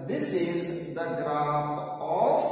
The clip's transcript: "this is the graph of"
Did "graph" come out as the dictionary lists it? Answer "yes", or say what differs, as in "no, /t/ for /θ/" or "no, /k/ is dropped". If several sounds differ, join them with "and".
no, /p/ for /f/